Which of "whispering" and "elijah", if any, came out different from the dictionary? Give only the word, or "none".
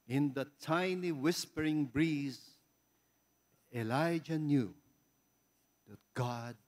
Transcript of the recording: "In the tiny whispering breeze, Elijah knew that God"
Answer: none